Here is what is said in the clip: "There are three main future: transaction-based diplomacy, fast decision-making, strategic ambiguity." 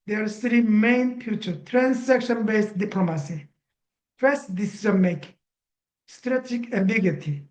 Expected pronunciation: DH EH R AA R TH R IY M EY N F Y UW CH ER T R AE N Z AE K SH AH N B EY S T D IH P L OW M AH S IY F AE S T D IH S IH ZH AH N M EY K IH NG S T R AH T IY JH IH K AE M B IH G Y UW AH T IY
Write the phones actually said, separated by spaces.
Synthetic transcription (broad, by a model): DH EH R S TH R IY M EY N F Y UW CH ER T R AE N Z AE K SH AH N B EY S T D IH P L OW M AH S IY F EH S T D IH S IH Z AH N M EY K S T R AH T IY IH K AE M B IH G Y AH T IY